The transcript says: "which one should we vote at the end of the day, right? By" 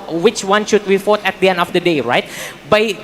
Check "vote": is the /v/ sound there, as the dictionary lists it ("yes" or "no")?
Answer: no